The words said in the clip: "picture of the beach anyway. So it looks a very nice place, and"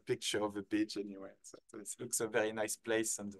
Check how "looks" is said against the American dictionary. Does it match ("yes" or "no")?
yes